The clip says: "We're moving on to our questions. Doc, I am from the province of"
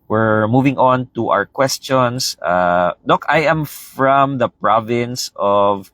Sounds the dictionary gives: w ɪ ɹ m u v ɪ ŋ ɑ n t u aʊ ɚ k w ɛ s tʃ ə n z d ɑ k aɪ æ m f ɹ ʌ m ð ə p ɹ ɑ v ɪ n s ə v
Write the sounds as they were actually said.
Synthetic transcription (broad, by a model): w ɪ ɹ m u v ɪ ŋ ɑ n t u aʊ ɚ k w ɛ s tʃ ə n s d ɑ k aɪ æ m f ɹ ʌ m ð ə p ɹ ɑ v ɪ n s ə v